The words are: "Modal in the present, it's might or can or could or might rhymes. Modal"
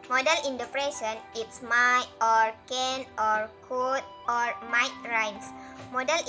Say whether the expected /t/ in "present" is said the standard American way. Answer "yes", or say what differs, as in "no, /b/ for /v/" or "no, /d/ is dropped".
no, /t/ is dropped